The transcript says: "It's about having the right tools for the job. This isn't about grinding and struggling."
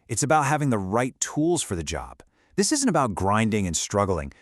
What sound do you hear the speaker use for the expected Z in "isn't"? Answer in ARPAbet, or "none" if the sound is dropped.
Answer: Z